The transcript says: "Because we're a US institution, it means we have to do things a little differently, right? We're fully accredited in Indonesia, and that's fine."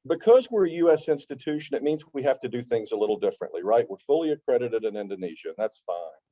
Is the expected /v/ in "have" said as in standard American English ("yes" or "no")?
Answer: no